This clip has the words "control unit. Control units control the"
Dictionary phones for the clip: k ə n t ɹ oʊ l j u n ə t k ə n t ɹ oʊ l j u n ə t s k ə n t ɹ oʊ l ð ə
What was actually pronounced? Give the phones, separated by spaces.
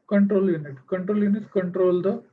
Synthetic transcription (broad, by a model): k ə n t ɹ oʊ l j u n ə t k ə n t ɹ oʊ l j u n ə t k ə n t ɹ oʊ l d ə